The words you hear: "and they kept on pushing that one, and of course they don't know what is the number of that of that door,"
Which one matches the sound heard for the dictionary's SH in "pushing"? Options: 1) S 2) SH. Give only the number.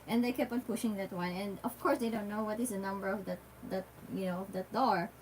2